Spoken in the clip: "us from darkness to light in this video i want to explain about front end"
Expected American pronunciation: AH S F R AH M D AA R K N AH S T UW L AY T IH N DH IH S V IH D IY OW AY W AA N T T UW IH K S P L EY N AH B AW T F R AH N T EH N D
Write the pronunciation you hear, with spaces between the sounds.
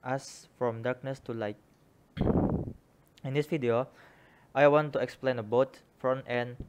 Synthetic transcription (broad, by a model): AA S F R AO M D AA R K N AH S T UW L AY T IH N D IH S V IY D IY OW AY W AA N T T UW IH K S P L EY N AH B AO T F R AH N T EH N